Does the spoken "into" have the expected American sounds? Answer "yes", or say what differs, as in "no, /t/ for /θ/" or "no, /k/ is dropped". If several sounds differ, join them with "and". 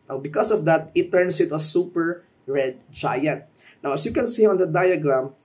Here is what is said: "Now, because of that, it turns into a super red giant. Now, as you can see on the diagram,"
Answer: no, /n/ is dropped